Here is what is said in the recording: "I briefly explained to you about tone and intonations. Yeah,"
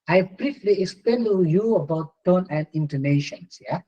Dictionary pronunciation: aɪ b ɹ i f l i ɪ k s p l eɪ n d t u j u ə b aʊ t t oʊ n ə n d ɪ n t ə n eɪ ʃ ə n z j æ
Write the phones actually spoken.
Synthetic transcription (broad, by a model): aɪ b ɹ i f l i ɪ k s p eɪ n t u j u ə b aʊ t t oʊ n ə n d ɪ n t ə n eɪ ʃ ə n s j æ